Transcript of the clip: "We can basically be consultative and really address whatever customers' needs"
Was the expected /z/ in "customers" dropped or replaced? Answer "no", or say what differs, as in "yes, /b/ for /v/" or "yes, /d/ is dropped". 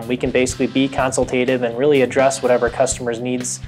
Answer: no